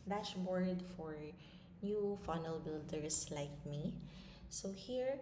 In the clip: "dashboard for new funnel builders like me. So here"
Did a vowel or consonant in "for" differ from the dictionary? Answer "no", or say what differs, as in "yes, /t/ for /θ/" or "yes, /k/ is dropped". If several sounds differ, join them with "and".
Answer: no